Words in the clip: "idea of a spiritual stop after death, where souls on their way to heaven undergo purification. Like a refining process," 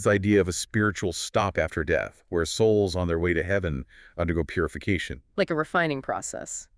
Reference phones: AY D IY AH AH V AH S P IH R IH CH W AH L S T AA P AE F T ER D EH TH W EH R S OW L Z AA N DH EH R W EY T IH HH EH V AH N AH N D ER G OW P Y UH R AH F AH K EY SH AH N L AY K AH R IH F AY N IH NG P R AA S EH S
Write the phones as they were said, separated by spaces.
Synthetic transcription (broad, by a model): AY D IY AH AH V AH S P IH R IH CH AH L S T AA P AE F T ER D EH TH W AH R S OW L Z N DH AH R W EY T IH HH EH V AH N AH N D ER G OW P Y UH R AH F AH K EY SH AH N L AY K AH R IH F AY N IH NG P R AA S EH S